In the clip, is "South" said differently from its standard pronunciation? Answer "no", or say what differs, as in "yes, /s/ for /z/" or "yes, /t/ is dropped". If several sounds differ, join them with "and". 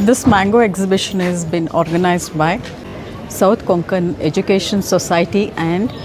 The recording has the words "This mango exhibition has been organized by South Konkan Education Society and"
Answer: yes, /t/ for /θ/